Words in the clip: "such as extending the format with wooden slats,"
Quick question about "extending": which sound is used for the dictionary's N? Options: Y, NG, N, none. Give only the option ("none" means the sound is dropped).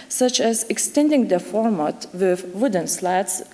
N